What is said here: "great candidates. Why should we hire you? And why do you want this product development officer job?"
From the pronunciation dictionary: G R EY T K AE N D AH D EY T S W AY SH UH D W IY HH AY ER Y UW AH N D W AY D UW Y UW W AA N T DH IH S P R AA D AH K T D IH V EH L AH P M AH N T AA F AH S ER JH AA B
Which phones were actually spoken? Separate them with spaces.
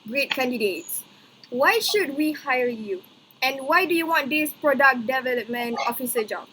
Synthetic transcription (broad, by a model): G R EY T K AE N D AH D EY T S W AY SH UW D W IY HH AY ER Y UW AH N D W AY D UW Y UW W AA N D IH S P R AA D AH K D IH V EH L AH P M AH N AA F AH S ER JH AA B